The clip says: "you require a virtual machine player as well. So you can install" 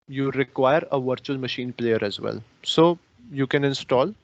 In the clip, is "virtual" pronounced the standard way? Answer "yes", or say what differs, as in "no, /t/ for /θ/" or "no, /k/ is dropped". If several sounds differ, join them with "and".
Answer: yes